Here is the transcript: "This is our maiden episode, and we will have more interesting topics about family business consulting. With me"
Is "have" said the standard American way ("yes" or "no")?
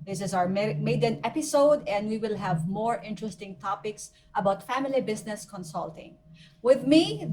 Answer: yes